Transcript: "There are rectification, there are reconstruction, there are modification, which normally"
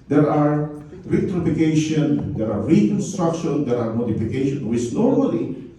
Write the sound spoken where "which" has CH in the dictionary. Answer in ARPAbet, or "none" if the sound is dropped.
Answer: S